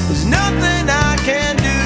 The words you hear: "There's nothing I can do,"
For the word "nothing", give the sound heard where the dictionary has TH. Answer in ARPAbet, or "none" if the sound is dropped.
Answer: TH